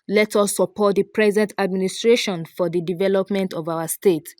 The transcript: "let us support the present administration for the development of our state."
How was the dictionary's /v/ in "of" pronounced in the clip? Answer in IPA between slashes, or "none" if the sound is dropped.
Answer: /v/